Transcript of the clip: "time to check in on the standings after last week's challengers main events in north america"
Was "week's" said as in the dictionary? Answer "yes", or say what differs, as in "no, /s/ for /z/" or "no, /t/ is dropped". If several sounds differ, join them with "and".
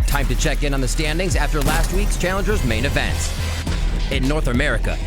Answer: yes